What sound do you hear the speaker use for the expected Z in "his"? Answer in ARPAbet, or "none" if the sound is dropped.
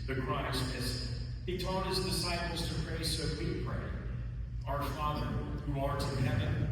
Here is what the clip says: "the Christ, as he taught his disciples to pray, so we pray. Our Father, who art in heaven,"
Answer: Z